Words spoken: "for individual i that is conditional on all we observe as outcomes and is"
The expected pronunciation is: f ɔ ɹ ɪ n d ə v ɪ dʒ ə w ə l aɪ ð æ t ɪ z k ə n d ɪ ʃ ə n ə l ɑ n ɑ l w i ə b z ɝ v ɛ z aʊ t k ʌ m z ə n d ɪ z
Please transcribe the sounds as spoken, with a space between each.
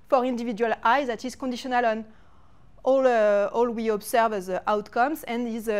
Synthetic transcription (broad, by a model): f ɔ ɹ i n d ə v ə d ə l aɪ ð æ t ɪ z k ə n d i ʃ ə n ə l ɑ n ɑ l w i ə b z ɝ v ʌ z aʊ t k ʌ m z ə n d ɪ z